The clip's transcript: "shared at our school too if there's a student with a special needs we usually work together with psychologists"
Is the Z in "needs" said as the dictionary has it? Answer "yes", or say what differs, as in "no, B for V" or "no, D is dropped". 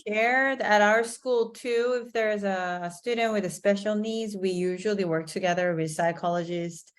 yes